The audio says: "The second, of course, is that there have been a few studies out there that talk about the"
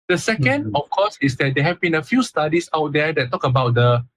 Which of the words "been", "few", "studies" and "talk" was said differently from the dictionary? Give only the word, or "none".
studies